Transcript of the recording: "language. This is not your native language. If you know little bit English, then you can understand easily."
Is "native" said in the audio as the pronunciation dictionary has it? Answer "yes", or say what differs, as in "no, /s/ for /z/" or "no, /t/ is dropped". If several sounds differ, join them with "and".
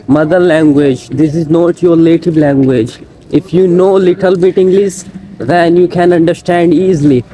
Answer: no, /l/ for /n/ and /b/ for /v/